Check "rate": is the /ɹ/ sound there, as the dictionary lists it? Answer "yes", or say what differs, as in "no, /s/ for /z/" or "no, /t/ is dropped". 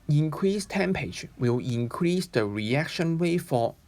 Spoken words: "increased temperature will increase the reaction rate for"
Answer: no, /w/ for /ɹ/